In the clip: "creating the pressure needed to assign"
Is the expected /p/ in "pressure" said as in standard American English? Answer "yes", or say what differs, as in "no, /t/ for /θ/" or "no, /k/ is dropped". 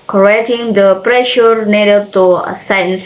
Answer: yes